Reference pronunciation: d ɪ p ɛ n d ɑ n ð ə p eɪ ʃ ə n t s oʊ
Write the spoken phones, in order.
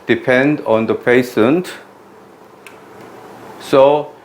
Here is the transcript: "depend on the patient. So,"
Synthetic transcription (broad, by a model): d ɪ p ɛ n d ɑ n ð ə p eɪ s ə n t s oʊ